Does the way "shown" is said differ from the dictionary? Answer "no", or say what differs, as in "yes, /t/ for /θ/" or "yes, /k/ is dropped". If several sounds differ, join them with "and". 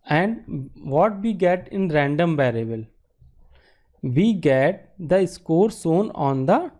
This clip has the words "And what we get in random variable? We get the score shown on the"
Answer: yes, /s/ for /ʃ/